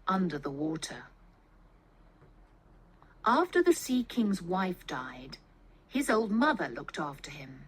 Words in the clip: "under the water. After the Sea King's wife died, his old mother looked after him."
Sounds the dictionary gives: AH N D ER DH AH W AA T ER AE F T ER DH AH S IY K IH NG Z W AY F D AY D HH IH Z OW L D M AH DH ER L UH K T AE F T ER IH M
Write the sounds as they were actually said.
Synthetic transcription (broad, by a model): AH N D ER DH AH W AA T ER AE F T ER DH AH S IY K IH NG Z W AY F D AY D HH IH Z OW L D M AH DH ER L UH K T AE F T ER IH M